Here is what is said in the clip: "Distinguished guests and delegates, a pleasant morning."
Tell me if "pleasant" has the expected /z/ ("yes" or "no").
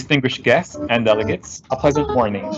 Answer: yes